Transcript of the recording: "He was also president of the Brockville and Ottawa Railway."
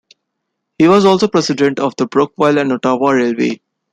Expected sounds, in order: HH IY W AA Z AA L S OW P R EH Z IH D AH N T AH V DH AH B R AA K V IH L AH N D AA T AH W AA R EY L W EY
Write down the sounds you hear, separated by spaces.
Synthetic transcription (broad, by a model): HH IY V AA Z AA L S OW P R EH S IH D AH N T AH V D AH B R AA K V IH L AH N D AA T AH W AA R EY L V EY